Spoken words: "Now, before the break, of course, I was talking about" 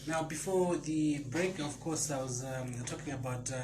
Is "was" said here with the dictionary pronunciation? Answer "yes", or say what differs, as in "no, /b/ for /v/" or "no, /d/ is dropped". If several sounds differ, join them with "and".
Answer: yes